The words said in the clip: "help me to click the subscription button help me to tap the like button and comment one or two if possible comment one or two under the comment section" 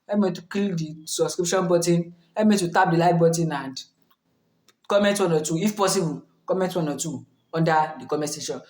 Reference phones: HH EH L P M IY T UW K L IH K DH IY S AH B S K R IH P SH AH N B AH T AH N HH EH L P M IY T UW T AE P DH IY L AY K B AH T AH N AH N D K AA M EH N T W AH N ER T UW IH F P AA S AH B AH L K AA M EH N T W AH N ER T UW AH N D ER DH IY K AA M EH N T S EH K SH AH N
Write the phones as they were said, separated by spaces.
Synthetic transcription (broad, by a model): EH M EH T UW K IY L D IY S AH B S K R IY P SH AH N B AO T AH N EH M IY T UW T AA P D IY L AY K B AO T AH N AH N D K AA M EH N T W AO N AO T UW IH F P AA S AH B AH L K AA M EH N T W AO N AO T UW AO N D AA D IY K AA M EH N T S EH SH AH N